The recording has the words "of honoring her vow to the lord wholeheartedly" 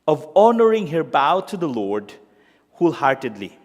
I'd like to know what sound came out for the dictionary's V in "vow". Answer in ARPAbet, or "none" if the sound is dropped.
B